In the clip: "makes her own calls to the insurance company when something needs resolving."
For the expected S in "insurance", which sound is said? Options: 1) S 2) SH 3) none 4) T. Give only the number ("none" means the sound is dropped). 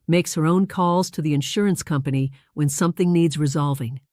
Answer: 1